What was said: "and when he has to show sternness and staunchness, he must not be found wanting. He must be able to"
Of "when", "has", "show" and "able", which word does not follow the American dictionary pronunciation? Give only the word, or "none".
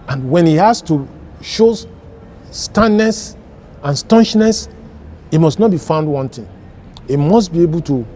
has